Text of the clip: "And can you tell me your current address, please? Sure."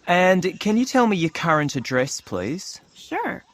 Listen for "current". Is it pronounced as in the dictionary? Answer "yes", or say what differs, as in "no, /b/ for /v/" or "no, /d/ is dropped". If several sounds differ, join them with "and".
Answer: yes